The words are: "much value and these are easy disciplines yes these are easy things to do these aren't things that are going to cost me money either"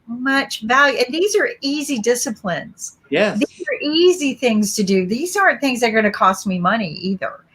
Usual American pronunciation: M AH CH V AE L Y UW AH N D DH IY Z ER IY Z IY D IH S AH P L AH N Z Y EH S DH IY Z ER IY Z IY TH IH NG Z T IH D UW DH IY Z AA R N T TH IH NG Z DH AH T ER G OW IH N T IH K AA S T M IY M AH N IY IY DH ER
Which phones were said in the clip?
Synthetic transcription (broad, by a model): M AH CH V AE L Y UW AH N DH IY Z ER IY Z IY D IH S AH P L AH N Z Y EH DH IY Z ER IY Z IY TH IH NG Z T IH D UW DH IY Z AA R N TH IH NG Z DH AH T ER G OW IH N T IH K AA S T M IY M AH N IY IY DH ER